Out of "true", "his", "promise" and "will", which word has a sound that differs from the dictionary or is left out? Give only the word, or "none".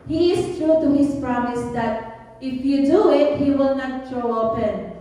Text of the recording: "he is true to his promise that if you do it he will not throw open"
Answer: his